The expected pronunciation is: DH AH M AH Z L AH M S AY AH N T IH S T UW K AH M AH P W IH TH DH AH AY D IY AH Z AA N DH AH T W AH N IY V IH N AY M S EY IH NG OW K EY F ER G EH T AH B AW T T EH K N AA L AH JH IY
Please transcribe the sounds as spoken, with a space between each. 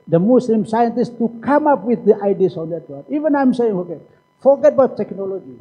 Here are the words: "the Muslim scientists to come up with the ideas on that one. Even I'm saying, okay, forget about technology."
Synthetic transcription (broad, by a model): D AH M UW S L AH M S AY AH N T IH S T UW K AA M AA P W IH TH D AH AY D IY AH S AA N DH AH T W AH IY V IH N AY M S EY IH NG OW K EY F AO G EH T B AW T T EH K N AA L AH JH IY